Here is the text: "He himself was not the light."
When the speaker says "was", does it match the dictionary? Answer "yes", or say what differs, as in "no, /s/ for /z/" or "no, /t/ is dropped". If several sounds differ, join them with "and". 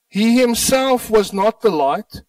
yes